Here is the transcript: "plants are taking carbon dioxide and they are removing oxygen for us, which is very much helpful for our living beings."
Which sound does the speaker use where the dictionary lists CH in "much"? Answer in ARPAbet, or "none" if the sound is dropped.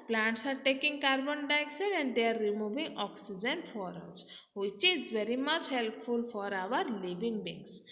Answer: CH